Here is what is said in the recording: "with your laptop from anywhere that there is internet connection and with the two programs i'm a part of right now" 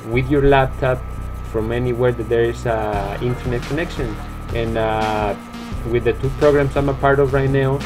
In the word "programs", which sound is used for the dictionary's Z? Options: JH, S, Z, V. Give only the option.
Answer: S